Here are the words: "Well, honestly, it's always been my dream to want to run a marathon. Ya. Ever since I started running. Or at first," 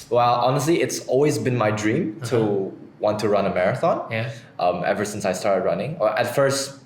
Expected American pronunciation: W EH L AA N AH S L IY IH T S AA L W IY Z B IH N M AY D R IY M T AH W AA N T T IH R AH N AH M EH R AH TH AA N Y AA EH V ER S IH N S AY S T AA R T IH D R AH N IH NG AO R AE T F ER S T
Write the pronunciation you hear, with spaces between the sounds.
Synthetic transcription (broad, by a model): W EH L AA N AH S L IY IH T S AA L W IY Z B IH N M AY D R IY M T AH W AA N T T IH R AH N AH M EH R AH TH AA N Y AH EH V ER S IH N S AY S T AA R T IH D R AH N IH NG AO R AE T F ER S T